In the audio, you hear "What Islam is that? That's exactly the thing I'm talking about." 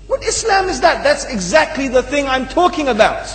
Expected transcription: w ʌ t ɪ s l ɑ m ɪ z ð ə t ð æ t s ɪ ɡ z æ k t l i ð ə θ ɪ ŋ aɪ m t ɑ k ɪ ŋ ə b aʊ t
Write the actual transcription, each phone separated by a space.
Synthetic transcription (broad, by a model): w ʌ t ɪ s l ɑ m ɪ z ð ə t ð æ t s ɪ ɡ z æ k t l i ð ə θ ɪ ŋ aɪ m t ɑ k ɪ ŋ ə b aʊ t